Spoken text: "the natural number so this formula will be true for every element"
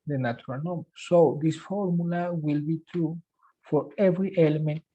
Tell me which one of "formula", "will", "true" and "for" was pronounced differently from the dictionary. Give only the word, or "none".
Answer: none